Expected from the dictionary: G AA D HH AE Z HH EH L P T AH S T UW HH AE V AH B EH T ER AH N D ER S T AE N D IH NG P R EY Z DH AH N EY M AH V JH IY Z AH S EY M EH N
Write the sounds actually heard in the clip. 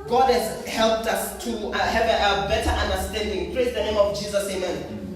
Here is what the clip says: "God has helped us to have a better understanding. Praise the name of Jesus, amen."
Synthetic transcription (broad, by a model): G AA D HH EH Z HH EH L P T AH S T UW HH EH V AH B EH T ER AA N D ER S T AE N D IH NG P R EY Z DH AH N EY M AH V JH IY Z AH S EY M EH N